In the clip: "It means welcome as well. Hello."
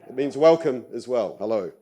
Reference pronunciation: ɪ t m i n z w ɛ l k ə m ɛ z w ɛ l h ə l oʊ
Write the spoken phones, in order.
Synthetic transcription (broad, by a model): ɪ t m i n z w ɛ l k ə m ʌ z w ɛ l h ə l oʊ